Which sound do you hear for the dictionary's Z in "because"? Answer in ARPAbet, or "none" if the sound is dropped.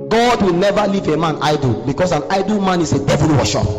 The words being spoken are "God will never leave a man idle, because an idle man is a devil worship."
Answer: S